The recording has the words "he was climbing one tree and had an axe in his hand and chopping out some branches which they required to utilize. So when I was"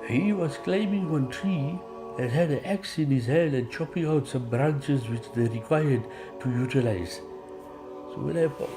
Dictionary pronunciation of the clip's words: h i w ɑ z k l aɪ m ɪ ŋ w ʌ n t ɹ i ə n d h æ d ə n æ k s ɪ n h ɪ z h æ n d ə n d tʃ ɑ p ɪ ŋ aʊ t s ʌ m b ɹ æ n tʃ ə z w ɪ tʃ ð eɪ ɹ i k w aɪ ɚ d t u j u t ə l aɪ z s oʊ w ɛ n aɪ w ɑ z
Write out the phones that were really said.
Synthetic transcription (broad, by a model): h i w ɑ z k l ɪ m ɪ ŋ w ʌ n t ɹ i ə n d h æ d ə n æ k s ɪ n h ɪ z h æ n d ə n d tʃ ɑ p ɪ ŋ aʊ t s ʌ m b ɹ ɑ n tʃ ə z w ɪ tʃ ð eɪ ɹ i k w aɪ ɚ d t u j u t ə l aɪ z s oʊ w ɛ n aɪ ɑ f